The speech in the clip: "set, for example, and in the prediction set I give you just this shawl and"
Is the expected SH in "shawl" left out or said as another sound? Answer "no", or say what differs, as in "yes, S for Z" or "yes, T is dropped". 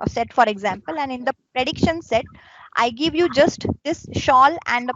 no